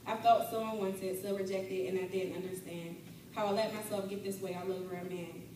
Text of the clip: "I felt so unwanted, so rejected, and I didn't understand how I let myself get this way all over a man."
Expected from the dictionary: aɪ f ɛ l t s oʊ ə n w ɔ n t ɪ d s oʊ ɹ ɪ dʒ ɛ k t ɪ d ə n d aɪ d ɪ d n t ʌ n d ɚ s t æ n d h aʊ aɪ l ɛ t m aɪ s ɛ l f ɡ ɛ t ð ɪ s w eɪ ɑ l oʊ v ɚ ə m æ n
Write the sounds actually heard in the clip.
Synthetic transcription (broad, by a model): aɪ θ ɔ t s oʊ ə n w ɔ n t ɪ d s oʊ ɹ ɪ dʒ ɛ k t ɪ d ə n aɪ d ɪ d n t ʌ n d ɚ s t æ n d h aʊ aɪ l ɛ t m aɪ s ɛ l f ɡ ɛ t ð ɪ s w eɪ ɑ l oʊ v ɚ ə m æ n